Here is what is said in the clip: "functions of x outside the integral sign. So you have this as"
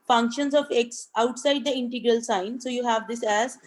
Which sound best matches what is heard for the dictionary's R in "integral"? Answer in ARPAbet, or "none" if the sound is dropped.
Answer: R